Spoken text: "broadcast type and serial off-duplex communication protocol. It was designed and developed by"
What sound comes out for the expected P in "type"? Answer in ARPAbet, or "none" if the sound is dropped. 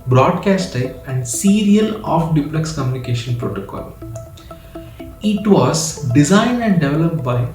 none